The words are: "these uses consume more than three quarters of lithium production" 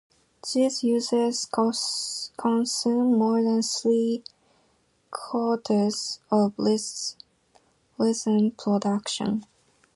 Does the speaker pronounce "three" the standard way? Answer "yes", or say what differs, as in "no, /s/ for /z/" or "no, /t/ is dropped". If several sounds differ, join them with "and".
no, /s/ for /θ/